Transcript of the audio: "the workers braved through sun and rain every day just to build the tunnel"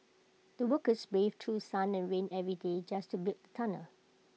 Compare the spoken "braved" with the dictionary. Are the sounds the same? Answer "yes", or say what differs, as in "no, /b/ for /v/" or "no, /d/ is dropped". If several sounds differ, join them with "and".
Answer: no, /ɹ/ is dropped